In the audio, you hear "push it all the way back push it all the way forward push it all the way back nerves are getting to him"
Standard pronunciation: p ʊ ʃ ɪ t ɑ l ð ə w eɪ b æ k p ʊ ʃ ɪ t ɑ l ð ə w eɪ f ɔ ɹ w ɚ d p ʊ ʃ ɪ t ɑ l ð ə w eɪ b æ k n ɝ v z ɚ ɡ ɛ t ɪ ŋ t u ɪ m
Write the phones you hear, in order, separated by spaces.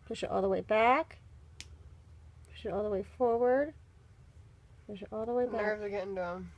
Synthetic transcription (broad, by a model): p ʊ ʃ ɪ t ɑ l ð ə w eɪ b æ k p ʊ ʃ ɪ t ɑ l ð ə w eɪ f ɔ ɹ w ɚ d p ʊ ʃ ɪ t ɑ l ð ə w eɪ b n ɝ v ɚ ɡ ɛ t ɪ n t u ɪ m